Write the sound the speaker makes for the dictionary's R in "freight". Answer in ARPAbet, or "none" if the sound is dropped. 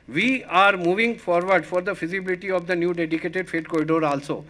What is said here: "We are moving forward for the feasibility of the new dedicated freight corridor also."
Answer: none